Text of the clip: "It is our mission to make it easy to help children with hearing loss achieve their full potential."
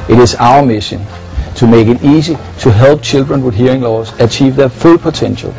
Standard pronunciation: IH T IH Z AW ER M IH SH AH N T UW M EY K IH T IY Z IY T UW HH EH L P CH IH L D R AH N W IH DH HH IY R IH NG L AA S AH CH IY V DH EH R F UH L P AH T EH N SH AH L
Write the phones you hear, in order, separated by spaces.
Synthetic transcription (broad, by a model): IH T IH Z AW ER M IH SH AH N S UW M EY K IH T IY S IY S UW HH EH L B CH IH L D R AH N W IH DH HH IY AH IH NG L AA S AH CH IY V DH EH F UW L P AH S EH N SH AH L